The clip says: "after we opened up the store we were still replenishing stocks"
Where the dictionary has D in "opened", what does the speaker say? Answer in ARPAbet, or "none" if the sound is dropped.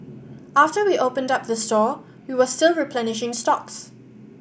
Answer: D